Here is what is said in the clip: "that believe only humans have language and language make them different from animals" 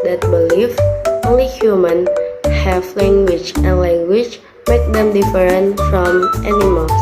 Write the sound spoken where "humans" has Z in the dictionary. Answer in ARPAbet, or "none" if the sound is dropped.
none